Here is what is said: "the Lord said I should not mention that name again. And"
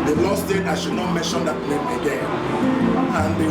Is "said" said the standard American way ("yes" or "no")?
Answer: no